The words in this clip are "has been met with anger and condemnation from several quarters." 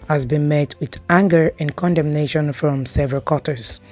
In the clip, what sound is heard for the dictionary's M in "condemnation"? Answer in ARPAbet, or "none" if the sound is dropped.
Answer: M